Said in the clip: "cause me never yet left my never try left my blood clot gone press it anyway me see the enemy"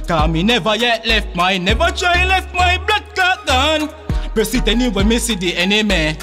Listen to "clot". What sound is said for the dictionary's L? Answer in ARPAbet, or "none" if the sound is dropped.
none